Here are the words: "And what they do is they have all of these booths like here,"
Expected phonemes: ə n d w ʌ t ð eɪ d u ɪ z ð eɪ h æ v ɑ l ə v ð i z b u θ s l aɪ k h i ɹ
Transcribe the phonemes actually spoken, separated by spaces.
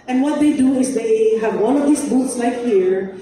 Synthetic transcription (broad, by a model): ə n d w ʌ t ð eɪ d u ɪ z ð eɪ h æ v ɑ n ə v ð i s b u t s l aɪ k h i ɹ